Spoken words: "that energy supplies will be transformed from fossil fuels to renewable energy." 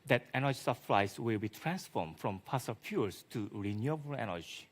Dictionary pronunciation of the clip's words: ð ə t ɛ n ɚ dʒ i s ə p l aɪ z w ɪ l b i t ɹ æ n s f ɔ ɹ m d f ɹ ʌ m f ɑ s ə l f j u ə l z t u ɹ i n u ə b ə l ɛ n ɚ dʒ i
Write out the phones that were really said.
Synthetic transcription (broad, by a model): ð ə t ɛ n ɚ dʒ i s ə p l aɪ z w ɪ l b i t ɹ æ n s f ɔ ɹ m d f ɹ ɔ m p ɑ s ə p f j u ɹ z t u ɹ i n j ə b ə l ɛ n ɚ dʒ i